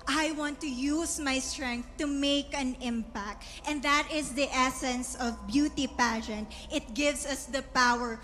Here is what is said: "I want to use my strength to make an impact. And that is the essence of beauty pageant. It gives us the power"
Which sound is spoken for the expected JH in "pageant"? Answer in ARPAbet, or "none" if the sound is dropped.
SH